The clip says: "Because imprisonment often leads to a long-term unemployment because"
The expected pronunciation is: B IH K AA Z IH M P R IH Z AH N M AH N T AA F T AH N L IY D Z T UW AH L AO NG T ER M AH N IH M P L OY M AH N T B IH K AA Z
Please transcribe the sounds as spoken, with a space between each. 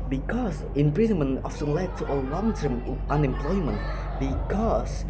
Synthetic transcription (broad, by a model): B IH K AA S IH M P R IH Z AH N M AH N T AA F S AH L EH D T UW AH L AO NG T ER M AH N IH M P L OY M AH N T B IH K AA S